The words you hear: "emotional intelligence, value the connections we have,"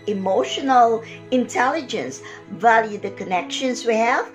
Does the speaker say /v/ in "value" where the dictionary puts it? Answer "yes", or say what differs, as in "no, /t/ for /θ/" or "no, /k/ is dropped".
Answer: yes